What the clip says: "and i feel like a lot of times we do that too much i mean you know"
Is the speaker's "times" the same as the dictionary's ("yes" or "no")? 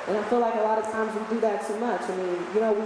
yes